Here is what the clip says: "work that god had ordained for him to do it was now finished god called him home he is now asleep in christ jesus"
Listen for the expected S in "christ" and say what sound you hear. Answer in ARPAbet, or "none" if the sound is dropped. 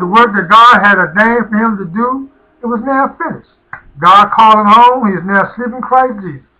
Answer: none